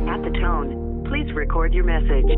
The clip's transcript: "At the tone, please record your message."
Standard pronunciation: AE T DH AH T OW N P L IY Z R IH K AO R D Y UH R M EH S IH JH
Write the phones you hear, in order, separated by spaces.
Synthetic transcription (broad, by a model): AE T DH AH T OW N P L IY Z R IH K AO R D Y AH R M EH S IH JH